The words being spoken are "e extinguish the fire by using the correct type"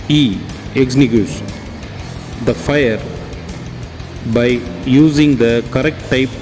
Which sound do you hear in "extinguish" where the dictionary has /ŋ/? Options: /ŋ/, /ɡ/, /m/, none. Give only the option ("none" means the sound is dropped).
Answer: none